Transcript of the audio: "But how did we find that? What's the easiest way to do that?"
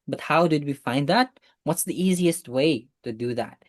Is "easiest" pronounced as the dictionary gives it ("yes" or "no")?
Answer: yes